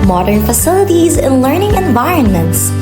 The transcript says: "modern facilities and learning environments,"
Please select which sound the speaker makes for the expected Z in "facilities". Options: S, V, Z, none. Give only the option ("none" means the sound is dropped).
Z